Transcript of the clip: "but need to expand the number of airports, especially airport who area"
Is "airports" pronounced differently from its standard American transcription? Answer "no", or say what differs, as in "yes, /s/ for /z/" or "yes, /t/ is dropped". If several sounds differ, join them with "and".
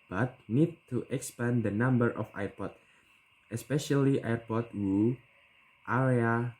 yes, /s/ is dropped